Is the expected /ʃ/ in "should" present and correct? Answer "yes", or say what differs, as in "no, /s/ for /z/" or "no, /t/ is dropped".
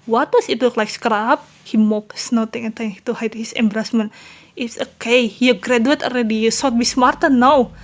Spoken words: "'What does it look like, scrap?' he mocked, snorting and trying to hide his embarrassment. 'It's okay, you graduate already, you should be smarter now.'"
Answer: no, /s/ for /ʃ/